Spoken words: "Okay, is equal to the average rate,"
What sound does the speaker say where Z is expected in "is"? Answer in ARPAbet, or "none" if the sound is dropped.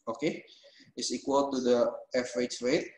S